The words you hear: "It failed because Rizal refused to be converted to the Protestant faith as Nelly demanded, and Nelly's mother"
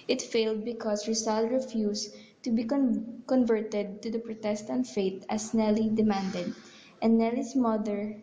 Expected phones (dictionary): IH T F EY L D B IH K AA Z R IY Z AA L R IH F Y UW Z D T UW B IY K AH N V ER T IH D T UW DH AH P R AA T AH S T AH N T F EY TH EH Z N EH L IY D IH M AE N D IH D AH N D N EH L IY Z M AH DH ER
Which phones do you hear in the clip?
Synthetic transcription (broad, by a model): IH T F EY L D B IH K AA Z R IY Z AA L R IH F Y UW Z T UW B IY K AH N V ER T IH D T UW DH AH P R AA T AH S T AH N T F EY T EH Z N EH L IY D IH M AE N D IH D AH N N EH L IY S M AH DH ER